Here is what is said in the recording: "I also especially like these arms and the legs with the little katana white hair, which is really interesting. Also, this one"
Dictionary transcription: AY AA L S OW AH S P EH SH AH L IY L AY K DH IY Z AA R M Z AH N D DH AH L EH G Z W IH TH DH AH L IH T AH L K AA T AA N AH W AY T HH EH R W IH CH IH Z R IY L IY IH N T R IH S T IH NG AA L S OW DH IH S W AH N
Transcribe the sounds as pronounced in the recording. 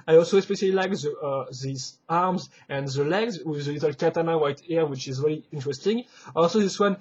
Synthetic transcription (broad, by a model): AY AA L S OW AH S P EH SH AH L IY L AY K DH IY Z AA R M Z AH N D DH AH L EH G Z W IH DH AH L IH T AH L K AA T AA N AH W AY T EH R W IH CH IH Z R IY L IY IH N T R IH S T IH NG AA L S OW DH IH S W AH N